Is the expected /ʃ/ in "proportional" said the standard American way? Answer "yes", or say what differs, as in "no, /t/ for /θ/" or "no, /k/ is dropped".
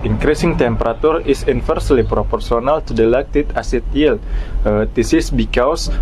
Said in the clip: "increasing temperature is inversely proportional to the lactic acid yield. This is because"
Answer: no, /s/ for /ʃ/